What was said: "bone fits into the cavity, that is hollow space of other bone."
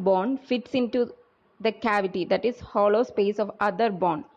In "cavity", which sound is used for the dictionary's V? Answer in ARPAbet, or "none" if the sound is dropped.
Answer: V